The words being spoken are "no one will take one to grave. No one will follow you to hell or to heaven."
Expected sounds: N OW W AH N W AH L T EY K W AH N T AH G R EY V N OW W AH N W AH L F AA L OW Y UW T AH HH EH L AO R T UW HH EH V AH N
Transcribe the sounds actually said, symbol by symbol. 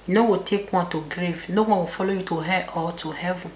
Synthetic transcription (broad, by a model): N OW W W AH T EY K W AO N T AH G R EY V N OW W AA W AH F AA L OW Y UW T AH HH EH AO L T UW HH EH V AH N